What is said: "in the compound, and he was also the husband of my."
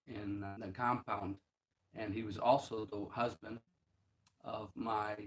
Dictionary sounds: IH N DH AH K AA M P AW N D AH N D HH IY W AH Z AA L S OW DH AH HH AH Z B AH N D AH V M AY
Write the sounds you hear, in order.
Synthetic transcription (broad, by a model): IH N DH AH K AA M P AW N D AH N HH IY W AH Z AA L S OW DH AH HH AH Z B AH N D AH V M AY